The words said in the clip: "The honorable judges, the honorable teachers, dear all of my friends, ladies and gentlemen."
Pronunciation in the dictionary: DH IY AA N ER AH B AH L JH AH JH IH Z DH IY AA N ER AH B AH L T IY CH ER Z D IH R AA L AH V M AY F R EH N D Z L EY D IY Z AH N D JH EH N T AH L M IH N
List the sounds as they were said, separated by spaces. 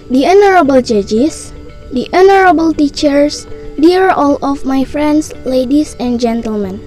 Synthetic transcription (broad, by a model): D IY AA N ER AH B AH L JH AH JH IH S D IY AA N ER AH B AH L T IY CH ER S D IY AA AA L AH F M AY F R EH N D S L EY D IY S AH N JH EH N T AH L M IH N